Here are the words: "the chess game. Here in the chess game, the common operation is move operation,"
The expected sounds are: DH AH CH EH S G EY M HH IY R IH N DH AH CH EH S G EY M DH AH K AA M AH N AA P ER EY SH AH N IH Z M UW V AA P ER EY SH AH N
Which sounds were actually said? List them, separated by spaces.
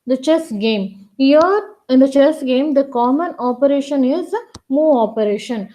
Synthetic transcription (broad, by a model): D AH CH EH S G EY M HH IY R IH N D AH CH EH S G EY M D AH K AA M AH N AA P ER EY SH AH N IH Z M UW AA P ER EY SH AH N